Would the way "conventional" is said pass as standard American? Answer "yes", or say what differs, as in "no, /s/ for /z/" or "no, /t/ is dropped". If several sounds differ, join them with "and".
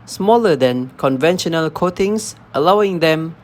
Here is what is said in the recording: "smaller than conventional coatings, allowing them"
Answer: yes